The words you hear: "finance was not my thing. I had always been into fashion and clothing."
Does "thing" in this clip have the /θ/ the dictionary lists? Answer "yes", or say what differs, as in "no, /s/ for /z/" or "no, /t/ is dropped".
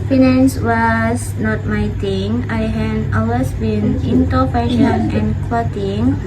no, /t/ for /θ/